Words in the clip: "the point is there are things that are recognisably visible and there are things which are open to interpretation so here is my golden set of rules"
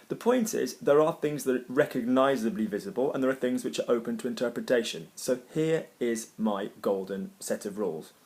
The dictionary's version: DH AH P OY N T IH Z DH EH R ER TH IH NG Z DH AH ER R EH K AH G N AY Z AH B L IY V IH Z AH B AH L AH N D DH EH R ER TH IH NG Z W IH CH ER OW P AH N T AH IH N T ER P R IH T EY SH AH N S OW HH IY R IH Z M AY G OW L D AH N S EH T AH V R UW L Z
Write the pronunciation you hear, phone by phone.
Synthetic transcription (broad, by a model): DH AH P OY N T IH Z DH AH R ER TH IH NG Z DH AH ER R EH K AH G N AY Z AH B L IY V IH Z AH B AH L AH N DH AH R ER TH IH NG Z W IH CH ER OW P AH N T AH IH N T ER P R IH T EY SH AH N S OW HH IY R IH Z M AY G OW L D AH N S EH T AH V R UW L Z